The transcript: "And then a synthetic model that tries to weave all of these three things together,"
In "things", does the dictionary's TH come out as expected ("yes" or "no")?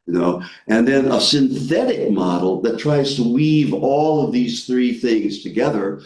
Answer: yes